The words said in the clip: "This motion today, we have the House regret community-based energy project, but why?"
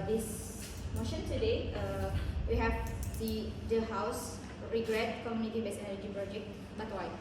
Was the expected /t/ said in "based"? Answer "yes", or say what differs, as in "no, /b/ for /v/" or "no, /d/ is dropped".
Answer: no, /t/ is dropped